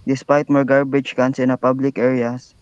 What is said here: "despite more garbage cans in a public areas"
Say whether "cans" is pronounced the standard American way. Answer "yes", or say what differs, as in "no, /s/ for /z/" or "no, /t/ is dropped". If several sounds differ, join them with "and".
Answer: no, /s/ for /z/